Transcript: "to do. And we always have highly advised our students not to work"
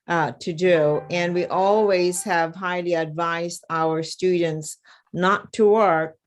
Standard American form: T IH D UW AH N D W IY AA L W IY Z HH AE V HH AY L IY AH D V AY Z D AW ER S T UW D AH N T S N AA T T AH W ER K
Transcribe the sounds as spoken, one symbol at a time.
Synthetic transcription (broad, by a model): T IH D UW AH N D W IY AA L W IY Z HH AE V HH AY L IY AH D V AY Z D AW ER S T UW D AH N T S N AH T T AH W ER K